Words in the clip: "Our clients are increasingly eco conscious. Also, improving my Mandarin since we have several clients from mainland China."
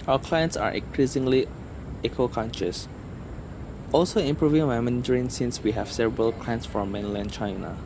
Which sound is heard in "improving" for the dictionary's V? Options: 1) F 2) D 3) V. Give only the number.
3